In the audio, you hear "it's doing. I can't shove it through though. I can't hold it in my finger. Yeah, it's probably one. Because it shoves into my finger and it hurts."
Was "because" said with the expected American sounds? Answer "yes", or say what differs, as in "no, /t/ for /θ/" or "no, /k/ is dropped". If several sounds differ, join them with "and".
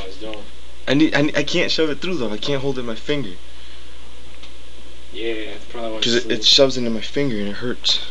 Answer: no, /k/ is dropped